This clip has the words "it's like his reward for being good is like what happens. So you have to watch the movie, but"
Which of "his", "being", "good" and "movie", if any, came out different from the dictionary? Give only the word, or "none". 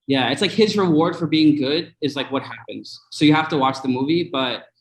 none